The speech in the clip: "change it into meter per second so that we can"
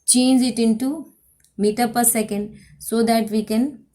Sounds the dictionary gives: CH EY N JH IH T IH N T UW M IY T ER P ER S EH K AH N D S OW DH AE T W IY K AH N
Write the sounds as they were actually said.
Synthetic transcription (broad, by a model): CH EY N JH IH T IH N T UW M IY T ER P ER S EH K AH N D S OW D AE T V IY K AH N